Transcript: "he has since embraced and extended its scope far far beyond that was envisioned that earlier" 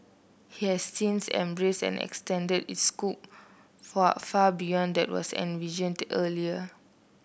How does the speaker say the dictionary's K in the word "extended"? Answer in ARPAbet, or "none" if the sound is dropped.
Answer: K